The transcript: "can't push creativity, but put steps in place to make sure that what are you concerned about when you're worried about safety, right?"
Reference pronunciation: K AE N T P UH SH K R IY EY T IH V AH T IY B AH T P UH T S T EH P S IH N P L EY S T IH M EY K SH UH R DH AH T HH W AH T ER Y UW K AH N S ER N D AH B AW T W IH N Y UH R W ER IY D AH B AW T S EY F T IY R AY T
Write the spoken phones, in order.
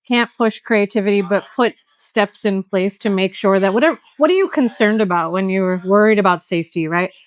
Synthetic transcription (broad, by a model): K AE N P UH SH K R IY EY T IH V AH T IY B AH T P UH T S T EH P S IH N P L EY S T IH M EY K SH UH R DH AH T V W AH T ER Y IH K AH N S ER N D AH B AW T W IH N Y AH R W ER IY D AH B AW T S EY F T IY R AY T